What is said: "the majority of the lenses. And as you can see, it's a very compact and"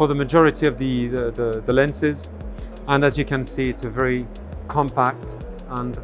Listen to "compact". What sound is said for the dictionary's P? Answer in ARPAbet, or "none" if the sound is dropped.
P